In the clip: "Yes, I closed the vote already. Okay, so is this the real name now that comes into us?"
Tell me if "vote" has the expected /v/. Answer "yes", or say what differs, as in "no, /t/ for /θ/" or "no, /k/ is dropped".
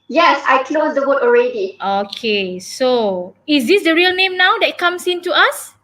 no, /w/ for /v/